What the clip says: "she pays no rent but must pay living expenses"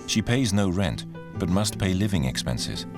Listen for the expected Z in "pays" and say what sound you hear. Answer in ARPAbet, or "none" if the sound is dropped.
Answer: Z